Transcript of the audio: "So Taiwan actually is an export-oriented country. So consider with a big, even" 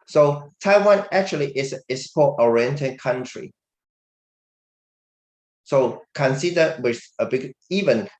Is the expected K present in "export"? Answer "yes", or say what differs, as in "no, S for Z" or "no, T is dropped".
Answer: no, K is dropped